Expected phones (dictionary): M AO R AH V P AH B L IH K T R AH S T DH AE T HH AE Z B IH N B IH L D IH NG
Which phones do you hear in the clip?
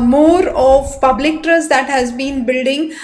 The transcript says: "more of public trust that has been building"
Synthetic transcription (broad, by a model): M AO R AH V P AH B L IH K T R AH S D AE T HH AE Z B IH N B IH L D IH NG